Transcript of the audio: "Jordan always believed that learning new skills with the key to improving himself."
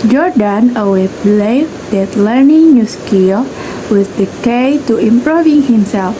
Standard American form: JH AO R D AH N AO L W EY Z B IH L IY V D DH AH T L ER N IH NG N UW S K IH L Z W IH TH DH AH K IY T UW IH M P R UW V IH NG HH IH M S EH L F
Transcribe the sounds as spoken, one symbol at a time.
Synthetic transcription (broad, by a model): JH AO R D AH N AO W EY B L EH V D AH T L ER N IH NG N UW S K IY W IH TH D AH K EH T UW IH M P R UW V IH NG HH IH M S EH L F